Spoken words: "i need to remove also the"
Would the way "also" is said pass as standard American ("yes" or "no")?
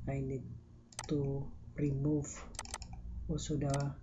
no